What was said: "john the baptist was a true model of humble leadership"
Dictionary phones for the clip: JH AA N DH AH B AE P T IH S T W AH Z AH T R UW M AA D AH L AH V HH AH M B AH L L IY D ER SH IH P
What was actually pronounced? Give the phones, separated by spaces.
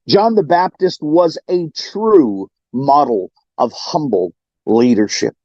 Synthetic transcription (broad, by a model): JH AA N DH AH B AE P T IH S T W AH Z AH T R UW M AA D L AH V HH AH M B L L IY D ER SH IH P